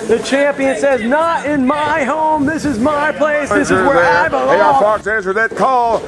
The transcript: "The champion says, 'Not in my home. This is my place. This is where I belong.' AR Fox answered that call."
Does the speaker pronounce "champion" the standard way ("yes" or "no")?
yes